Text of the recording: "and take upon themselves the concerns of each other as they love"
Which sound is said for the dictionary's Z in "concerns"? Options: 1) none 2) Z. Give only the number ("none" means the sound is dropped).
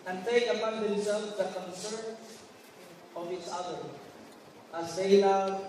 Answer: 1